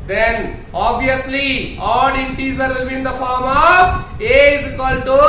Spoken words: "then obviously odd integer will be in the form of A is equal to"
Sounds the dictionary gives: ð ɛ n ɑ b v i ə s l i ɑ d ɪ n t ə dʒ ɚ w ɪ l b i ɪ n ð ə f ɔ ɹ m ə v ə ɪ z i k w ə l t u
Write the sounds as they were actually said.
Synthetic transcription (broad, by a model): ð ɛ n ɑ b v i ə s l i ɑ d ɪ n t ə z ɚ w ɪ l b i ɪ n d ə f ɔ ɹ m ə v ə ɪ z k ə l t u